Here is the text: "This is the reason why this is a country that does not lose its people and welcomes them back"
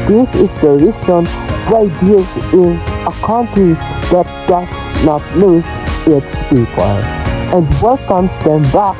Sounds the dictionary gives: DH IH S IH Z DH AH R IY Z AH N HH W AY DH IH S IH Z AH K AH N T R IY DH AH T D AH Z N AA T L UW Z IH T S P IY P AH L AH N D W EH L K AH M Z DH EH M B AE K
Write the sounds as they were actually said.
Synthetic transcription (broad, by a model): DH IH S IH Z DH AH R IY S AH N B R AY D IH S IH Z AH K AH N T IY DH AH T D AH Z N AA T N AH S IH T S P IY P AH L AH N D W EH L K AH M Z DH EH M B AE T